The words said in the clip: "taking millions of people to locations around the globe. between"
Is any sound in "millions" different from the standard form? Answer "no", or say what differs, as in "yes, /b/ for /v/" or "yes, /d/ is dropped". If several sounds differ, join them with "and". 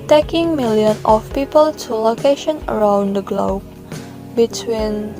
yes, /z/ is dropped